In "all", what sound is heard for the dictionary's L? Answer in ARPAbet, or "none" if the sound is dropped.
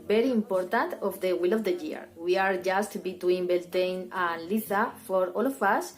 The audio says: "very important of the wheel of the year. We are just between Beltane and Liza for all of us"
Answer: L